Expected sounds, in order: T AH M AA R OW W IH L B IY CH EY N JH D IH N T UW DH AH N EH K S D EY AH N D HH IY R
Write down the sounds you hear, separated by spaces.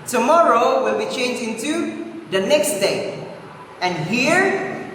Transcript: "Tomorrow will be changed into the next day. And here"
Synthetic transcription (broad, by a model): T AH M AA R OW W IH L B IY CH EY N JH IH N T UW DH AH N EH K S D EY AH N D HH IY R